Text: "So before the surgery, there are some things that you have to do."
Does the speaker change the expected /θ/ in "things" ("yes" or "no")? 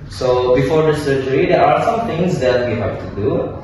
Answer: yes